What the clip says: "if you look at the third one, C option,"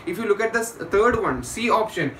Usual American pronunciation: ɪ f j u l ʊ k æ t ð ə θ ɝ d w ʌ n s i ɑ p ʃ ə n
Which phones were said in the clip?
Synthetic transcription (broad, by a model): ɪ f j u l ʊ k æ t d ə t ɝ d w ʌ n s i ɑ p ʃ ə n